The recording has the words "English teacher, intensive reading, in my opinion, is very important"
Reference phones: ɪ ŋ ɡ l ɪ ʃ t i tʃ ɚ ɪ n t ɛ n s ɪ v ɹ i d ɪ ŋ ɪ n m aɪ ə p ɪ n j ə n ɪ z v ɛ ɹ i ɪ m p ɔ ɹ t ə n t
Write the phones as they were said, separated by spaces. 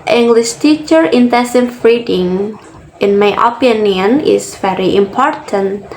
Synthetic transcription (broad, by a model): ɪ ŋ ɡ l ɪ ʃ t i tʃ ɚ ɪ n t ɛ s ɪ f ɹ i d ɪ ŋ ɪ n m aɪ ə p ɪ n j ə n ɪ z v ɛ ɹ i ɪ m p ɔ ɹ t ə n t